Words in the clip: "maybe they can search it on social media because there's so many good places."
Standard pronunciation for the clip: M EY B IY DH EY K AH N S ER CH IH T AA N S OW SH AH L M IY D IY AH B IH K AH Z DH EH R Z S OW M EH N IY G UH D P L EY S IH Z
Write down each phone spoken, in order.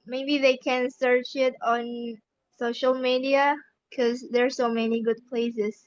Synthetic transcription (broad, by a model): M EY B IY DH EY K AH N S ER CH IH T AA N S OW SH AH L M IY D IY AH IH K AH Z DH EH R S OW M EH N IY G UH D P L EY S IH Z